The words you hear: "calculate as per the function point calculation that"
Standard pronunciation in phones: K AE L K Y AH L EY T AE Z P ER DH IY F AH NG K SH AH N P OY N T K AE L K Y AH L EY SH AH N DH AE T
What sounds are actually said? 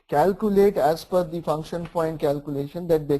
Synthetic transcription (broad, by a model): K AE L K Y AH L EY T AE Z F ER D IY F AH NG K SH AH N P OY N T K AE L K Y AH L EY SH AH N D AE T